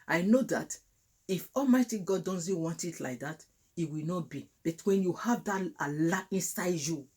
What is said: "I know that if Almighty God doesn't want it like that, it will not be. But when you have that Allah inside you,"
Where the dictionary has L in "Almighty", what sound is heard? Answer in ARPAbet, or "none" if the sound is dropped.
L